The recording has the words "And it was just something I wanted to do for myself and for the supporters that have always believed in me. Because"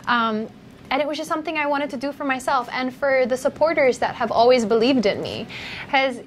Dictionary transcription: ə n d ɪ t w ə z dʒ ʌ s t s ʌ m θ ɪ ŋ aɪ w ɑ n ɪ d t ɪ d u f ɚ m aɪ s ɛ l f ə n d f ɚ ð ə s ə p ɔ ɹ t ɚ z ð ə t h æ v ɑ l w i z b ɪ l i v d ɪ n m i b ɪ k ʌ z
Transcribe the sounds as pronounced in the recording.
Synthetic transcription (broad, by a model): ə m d ɪ t w ə z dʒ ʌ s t s ʌ m θ ɪ ŋ aɪ w ɑ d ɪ d t ɪ d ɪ f ɚ m aɪ s ɛ l f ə n f ɚ ð ə s ə p ɔ ɹ t ɚ z ð ə t h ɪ v ɑ l w i z b ɪ l i v d ɪ n m i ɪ z